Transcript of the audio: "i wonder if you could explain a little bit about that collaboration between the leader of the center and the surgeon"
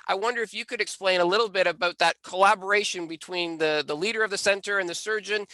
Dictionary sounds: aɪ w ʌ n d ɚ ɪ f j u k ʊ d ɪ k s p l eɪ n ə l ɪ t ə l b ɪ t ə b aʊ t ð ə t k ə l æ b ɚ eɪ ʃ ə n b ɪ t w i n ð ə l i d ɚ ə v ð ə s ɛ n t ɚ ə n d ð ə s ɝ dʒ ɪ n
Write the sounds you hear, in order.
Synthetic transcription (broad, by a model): aɪ w ʌ n d ɚ ɪ f j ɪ k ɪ d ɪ k s p l eɪ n ə l ɪ t l b ɪ t ə b aʊ t ð ə t k ə l æ b ɚ eɪ ʃ ə n b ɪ t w i n ð ə l i d ɚ ə v ð ə s ɛ n t ɚ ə n ð ə s ɝ dʒ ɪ n